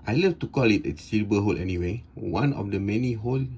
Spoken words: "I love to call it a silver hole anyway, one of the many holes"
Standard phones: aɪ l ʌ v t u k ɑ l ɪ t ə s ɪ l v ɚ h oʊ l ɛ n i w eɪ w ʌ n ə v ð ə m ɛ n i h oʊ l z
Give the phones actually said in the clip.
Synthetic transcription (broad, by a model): aɪ l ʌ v t u k ɑ l ɪ t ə s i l b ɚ h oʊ l ɛ n i w eɪ w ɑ n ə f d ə m ɛ n i h oʊ l